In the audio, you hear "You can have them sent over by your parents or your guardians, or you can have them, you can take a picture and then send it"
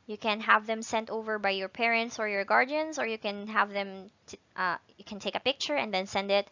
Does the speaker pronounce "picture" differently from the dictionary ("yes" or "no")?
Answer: no